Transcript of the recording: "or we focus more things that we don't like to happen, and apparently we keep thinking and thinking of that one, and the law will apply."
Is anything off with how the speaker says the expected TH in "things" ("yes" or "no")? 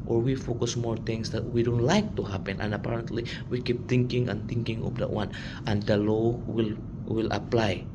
yes